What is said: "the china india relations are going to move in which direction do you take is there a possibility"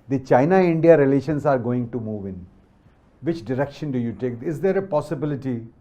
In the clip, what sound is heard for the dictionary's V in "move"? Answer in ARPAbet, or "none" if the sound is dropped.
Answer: V